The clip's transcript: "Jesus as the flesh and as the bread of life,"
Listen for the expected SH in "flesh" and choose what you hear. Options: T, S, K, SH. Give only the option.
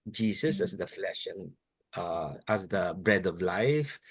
SH